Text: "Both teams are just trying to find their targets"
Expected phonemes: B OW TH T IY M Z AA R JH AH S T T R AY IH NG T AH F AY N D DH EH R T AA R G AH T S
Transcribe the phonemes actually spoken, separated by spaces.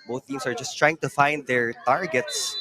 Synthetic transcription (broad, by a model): B OW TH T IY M S AA R JH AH S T T R AY IH NG T AH F AY N D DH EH R T AA R G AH T S